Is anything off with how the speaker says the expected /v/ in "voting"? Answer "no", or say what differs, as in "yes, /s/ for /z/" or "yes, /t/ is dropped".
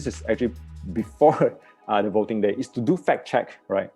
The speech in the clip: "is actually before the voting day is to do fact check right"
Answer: no